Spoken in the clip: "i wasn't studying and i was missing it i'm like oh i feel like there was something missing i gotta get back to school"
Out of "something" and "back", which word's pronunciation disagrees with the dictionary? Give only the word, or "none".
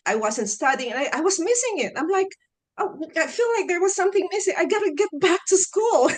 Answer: none